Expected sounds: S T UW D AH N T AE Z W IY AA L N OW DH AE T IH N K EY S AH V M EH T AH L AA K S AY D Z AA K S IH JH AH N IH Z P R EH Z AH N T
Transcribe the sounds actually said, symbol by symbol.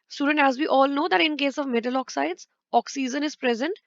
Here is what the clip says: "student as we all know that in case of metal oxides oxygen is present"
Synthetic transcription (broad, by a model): S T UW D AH N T AE Z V IY AA L N OW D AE T IH N K EY S AH V M EH T AH L AA K S AY D Z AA K S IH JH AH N IH Z P R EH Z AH N T